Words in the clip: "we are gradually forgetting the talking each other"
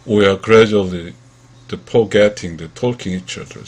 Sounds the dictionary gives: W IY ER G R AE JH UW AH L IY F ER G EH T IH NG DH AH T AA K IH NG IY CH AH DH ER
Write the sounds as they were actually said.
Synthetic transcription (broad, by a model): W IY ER G R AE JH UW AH L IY P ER G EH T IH NG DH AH T AA K IH NG IY CH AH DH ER